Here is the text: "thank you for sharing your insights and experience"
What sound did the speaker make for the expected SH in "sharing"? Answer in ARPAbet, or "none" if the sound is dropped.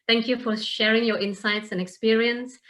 SH